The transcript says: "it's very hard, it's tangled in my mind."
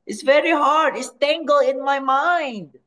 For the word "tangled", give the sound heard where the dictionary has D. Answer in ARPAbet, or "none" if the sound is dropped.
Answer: none